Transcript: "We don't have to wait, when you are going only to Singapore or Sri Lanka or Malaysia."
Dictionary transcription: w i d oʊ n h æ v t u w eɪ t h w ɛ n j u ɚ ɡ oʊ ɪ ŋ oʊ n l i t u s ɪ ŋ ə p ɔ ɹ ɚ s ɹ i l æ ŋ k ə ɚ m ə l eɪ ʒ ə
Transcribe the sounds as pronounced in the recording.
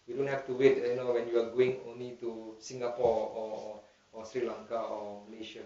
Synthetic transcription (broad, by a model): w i d oʊ n h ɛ f t u w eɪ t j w ɛ n j u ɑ ɡ oʊ ɪ ŋ oʊ n l i t u s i ŋ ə p ɔ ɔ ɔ s ɹ i l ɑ ŋ k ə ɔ m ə l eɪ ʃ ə